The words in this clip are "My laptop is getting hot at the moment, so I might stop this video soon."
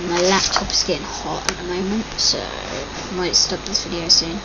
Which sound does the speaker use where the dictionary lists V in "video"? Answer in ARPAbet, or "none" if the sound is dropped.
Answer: F